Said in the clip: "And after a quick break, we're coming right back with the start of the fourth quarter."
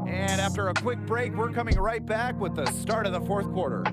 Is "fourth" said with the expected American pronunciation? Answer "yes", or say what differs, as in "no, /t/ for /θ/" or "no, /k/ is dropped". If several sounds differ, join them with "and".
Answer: yes